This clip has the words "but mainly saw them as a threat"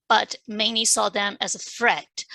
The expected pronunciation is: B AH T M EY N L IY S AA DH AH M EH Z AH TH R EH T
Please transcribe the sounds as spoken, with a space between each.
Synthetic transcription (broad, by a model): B AH T M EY N IY S AA DH AH M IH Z AH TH R EH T